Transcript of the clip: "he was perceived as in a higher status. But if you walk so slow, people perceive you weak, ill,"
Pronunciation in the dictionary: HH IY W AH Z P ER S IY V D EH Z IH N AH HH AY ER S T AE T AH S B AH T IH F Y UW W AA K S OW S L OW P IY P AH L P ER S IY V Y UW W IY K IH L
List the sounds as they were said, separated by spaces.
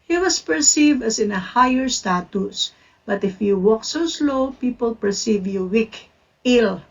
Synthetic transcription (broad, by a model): HH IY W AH S P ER S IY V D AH S IH N AH HH AY ER S T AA T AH S B AH T IH F Y UW W AA K S OW S L OW P IY P AH L P ER S IY V Y UW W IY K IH L